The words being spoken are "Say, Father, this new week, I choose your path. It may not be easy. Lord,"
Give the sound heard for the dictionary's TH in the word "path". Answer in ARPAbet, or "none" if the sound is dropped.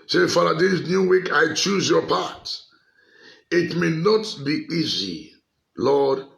T